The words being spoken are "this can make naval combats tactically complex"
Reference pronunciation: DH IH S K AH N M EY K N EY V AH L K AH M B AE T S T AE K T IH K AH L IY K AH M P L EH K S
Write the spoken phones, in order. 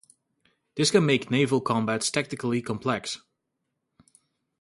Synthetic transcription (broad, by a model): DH IH S K AH N M EY K N EY V AH L K AH M B AE T S T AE K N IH K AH L IY K AH M P L EH K S